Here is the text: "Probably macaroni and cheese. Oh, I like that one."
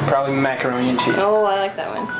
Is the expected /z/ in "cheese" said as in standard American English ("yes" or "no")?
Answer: no